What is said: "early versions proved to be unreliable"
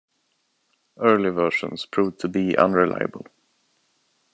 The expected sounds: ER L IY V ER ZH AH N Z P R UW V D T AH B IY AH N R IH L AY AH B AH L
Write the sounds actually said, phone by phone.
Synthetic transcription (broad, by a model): ER L IY V ER SH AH N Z P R UW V T AH B IY AH N R IH L AY AH B AH L